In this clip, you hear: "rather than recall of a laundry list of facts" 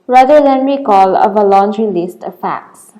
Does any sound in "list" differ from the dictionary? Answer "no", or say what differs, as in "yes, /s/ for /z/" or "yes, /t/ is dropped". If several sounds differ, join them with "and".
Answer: no